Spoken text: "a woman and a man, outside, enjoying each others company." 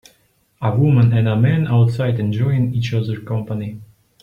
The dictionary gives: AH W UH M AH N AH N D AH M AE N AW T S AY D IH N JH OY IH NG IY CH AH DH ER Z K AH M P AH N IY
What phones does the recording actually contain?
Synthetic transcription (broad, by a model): AH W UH M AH N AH N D AH M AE N AW T S AY D IH N JH OY IH NG IY CH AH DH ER K AH M P AH N IY